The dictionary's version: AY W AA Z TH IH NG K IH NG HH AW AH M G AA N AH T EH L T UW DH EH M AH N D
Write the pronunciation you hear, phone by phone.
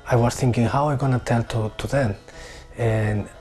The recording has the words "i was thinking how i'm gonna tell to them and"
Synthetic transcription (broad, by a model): AY W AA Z TH IH NG K IH NG HH AW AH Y G AA N AH T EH L T UW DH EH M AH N